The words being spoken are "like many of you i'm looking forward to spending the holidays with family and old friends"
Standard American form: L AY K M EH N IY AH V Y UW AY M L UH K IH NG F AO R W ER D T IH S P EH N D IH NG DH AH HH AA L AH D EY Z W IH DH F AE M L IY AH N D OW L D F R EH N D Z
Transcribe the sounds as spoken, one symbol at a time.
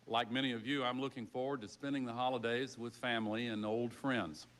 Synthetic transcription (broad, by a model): L AY K M EH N IY AH V Y UW AY M L UH K IH NG F AO R W ER D T IH S P EH N D IH NG DH AH HH AA L AH D EY Z W IH DH F AE M L IY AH N OW L D F R EH N D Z